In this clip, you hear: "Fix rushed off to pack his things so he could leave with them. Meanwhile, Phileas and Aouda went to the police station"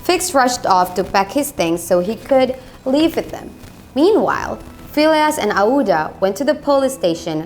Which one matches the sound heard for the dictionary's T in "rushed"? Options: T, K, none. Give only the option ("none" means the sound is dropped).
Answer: T